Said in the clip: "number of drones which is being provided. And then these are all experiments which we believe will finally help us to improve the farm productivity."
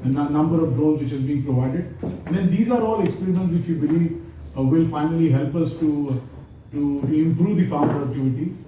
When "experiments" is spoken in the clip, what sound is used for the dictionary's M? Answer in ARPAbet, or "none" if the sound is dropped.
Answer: none